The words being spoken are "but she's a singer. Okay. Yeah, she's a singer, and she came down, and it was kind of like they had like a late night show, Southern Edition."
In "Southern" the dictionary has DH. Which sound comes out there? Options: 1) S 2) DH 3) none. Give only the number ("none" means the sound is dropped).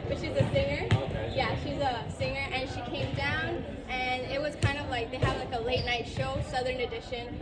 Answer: 2